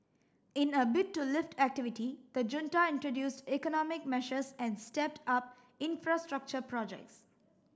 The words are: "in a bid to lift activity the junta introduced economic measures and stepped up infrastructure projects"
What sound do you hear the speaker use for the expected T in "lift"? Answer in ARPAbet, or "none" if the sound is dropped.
T